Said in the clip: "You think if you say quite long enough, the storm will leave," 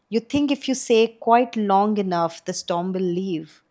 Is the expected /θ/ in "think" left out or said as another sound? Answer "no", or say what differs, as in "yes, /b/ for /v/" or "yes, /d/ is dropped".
yes, /t/ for /θ/